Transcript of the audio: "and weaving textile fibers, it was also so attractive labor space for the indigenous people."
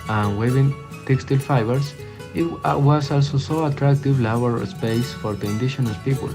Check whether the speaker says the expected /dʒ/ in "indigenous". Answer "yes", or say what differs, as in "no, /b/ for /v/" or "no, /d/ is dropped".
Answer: no, /ʃ/ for /dʒ/